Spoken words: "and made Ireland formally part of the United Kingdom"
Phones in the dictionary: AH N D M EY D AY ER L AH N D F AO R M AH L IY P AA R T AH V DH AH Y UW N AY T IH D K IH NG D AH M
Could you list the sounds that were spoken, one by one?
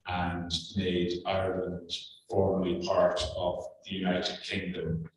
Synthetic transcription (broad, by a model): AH N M EY D AY ER L AH N D F AO R M AH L IY P AA R T AH V DH AH Y UW N AY T IH D K IH NG D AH M